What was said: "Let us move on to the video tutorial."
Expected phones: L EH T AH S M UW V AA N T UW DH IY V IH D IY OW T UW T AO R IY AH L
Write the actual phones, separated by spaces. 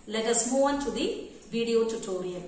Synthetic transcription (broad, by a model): L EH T AH S M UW AA N T UW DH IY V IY D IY OW T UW T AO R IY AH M